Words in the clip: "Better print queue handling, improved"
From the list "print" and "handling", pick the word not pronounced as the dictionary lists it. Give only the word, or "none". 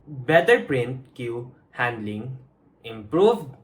none